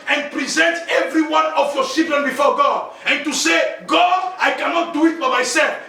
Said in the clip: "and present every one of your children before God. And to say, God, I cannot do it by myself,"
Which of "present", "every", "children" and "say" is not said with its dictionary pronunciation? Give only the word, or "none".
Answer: children